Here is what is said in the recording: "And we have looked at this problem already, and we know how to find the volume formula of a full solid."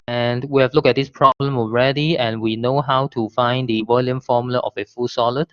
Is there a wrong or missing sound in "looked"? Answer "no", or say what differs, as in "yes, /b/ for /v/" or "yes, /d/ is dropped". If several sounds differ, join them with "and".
yes, /t/ is dropped